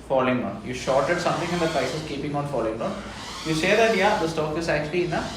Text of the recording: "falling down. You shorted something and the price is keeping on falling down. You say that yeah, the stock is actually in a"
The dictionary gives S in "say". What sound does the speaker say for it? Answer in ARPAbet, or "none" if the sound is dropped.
SH